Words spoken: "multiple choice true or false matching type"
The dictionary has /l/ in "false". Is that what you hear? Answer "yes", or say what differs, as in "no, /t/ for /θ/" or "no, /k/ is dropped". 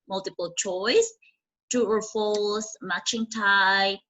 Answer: no, /l/ is dropped